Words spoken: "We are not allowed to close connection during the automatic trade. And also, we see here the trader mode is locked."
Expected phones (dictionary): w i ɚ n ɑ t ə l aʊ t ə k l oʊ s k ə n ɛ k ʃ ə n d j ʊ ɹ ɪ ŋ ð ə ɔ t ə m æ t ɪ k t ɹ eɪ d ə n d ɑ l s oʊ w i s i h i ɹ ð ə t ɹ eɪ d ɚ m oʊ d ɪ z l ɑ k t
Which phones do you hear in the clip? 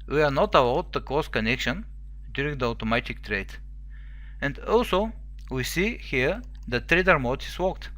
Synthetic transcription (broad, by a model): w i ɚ n ɑ t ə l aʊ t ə k oʊ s k ə n ɛ k ʃ ə n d j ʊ ɹ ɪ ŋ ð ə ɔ t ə m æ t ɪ k t ɹ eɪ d ə n d ɑ l s oʊ w i s i h i ɹ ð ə t ɹ eɪ d ɚ m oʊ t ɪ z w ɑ k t